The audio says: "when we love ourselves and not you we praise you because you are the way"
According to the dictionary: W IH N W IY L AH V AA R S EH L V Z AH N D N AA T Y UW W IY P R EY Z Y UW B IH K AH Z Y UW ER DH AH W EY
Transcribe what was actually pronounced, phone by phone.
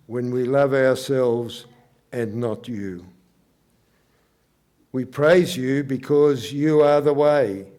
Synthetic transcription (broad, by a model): W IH N W IY L AH V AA R S EH L V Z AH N N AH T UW W IY P R EY Z Y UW B IH K AH Z Y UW ER DH AH W EY